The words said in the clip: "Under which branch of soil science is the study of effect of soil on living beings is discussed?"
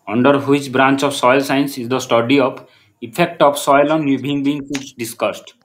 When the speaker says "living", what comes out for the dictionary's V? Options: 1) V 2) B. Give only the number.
2